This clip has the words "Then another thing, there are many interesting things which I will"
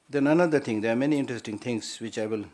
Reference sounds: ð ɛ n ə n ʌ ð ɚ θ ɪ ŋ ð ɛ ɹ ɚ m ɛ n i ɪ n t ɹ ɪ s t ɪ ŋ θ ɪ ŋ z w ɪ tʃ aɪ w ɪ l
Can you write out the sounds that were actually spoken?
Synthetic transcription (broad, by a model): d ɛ n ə n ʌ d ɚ t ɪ ŋ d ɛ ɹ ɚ m ɛ n i ɪ n t ɹ ɪ s t ɪ ŋ t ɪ ŋ s w ɪ tʃ aɪ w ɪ l